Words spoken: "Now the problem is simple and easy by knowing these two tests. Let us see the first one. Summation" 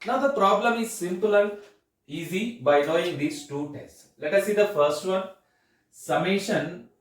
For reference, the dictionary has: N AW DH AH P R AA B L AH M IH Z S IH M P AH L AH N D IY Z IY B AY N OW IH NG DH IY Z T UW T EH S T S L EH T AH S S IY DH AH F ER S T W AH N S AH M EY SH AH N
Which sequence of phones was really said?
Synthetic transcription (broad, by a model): N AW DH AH P R AA B L AH M IH Z S IH M P AH L AH N D IY Z IY B AY L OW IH NG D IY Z T UW T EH S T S L EH T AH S S IY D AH F ER S T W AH N S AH M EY SH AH N